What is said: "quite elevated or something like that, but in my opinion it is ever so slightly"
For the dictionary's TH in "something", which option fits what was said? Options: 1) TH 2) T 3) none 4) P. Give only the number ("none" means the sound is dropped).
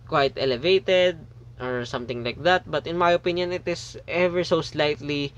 2